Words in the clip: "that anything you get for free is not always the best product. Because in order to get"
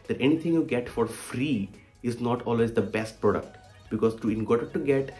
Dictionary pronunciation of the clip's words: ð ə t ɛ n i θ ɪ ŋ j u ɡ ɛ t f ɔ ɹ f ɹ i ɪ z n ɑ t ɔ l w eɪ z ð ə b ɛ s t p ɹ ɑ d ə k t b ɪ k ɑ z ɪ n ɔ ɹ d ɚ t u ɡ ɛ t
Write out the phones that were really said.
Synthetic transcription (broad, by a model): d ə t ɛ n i t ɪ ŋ j u ɡ ɛ t f ɔ ɹ f ɹ i ɪ z n ɑ t ɔ l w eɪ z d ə b ɛ s t p ɹ ɑ d ə k t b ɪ k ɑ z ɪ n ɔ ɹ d t u ɡ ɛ t